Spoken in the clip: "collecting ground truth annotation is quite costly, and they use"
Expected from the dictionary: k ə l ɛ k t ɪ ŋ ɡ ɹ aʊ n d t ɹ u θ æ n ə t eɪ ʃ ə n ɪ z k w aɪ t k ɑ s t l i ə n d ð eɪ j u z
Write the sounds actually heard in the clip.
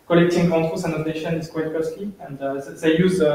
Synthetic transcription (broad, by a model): k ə l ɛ k t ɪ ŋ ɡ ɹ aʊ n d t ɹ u s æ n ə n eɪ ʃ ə n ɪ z k w aɪ t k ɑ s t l i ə n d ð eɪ j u z